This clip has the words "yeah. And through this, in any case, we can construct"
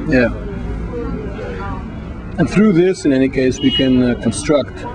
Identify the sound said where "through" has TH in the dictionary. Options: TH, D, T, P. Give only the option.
TH